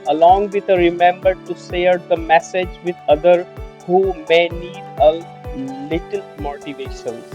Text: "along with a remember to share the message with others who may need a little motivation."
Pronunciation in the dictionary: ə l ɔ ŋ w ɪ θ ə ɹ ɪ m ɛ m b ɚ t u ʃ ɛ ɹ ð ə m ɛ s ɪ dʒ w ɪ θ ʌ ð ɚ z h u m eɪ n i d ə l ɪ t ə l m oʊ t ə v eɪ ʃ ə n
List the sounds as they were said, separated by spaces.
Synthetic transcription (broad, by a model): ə l ɔ ŋ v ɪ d ə ɹ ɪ m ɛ m b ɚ t u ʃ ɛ ɹ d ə m ɛ s ɪ dʒ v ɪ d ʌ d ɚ h u m eɪ n i d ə l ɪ t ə l m oʊ t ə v eɪ ʃ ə n